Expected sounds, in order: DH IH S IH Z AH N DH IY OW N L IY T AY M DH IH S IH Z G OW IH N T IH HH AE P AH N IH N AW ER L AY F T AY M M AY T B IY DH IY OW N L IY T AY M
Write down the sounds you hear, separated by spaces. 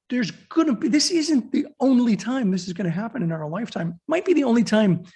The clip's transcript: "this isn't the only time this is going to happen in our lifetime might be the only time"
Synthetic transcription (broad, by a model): DH IH S IH Z AH N DH IY OW N L IY T AY M DH IH S IH Z G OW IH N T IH HH AE P AH N IH N AW ER L AY F T AY M M AY T B IY DH IY OW N L IY T AY M